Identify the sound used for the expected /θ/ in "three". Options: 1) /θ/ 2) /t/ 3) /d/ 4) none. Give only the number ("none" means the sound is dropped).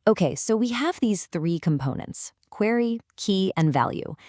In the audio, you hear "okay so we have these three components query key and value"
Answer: 1